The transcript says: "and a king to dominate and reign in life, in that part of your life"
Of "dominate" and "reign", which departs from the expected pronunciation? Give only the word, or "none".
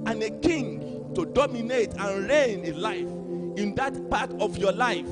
none